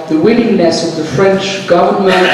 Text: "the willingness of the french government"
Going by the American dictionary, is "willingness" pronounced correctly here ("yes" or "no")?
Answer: no